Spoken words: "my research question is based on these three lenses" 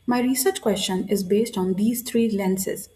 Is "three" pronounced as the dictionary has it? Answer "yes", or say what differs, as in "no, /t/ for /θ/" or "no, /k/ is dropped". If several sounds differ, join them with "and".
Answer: no, /t/ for /θ/